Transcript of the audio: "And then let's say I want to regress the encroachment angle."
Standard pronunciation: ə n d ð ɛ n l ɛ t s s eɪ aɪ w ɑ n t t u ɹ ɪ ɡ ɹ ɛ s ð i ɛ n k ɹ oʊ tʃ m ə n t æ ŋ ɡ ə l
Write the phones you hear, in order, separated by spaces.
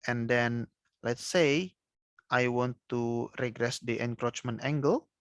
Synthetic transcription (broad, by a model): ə n d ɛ n l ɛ t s s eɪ aɪ w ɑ n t t u ɹ ɪ ɡ ɹ ɛ s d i ɛ n k ɹ oʊ tʃ m ə n t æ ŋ ɡ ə l